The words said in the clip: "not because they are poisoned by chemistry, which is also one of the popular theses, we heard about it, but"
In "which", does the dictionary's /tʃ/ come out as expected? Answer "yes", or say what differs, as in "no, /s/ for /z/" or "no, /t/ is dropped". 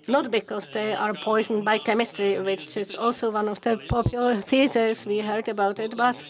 yes